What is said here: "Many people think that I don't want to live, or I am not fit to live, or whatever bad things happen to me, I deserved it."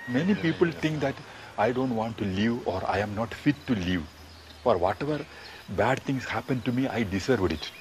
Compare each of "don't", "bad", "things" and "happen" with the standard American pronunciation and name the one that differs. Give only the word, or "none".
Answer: things